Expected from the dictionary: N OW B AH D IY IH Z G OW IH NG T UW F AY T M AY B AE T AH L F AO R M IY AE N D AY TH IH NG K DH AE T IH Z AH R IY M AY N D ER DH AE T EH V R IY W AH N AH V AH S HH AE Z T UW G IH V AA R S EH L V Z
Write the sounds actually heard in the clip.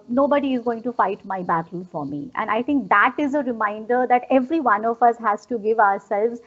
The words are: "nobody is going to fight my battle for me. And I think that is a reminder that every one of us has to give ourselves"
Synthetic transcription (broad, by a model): N OW B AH D IY IH Z G OW IH NG T UW F AY T M AY B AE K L F AO R M IY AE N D AY T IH NG K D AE T IH Z AH R IY M AY N D ER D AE T EH V R IY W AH N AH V AH S HH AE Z T UW G IH V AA R S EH L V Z